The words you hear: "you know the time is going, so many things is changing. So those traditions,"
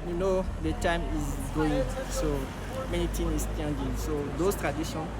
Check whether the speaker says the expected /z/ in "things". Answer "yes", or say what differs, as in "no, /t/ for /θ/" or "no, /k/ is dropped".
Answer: no, /z/ is dropped